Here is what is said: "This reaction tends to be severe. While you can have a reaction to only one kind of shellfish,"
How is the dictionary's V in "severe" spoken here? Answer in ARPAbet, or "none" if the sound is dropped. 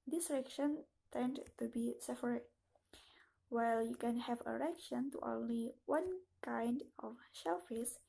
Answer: P